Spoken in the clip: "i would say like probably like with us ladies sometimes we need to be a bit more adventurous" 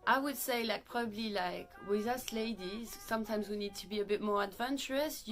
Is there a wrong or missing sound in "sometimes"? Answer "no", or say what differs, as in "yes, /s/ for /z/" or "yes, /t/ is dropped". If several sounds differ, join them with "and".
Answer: no